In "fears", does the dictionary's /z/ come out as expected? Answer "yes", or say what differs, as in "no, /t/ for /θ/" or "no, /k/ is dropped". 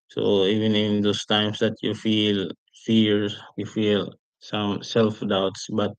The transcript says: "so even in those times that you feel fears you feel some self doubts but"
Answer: no, /z/ is dropped